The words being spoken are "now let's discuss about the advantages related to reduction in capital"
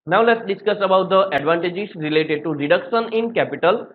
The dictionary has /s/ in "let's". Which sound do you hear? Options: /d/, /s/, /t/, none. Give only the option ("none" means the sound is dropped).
/s/